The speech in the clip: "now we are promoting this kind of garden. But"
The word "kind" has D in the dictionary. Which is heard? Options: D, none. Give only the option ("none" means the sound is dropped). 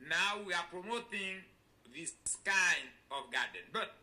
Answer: none